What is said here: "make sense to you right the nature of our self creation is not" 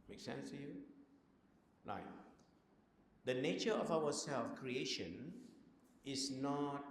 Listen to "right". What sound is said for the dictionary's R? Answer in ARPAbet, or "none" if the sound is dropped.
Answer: L